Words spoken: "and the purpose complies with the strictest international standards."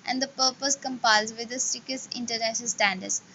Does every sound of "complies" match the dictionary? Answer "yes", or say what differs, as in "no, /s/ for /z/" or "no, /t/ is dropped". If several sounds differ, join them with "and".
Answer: no, /l/ is dropped